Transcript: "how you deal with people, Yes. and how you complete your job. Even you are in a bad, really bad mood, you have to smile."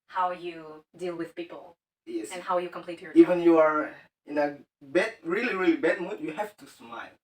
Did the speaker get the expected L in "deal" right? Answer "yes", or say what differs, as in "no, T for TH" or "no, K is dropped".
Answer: yes